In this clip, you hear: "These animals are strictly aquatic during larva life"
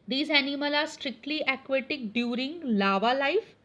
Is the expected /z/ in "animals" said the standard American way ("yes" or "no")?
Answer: no